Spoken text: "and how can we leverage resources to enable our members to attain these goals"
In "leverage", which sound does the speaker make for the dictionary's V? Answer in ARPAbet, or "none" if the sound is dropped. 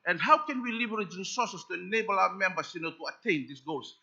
B